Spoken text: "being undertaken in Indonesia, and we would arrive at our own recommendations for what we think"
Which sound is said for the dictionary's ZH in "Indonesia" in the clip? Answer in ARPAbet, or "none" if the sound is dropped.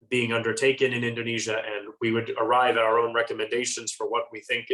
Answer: ZH